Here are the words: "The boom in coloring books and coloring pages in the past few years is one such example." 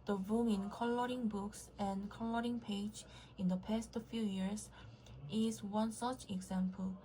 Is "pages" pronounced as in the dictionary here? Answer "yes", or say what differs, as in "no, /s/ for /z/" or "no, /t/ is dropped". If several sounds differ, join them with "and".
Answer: no, /dʒ/ is dropped